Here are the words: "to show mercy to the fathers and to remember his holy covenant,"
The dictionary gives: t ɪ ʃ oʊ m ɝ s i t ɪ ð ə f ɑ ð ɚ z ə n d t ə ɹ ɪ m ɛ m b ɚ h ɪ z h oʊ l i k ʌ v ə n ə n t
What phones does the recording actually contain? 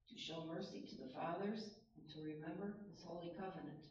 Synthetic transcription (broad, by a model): t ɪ ʃ oʊ m ɝ s i t ɪ ð ə f ɑ ð ɚ z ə n t ə ɹ ɪ m ɛ m b ɚ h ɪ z h oʊ l i k ʌ v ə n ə n t